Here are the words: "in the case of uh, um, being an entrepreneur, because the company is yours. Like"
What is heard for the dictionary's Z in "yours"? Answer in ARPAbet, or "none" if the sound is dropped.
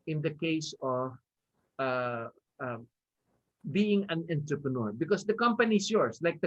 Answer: S